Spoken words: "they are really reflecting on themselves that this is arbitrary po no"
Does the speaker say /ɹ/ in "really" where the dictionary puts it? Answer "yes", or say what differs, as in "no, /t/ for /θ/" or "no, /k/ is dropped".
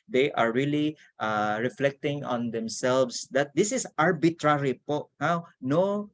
no, /l/ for /ɹ/